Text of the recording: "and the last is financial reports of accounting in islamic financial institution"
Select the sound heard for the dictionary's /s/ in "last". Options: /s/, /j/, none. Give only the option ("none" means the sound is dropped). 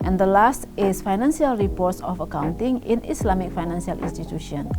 /s/